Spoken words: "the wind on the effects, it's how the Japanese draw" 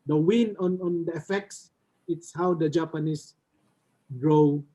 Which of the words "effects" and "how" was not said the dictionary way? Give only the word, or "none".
none